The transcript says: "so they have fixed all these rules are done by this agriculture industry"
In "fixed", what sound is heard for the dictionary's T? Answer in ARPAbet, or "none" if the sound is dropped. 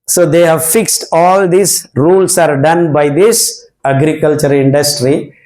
T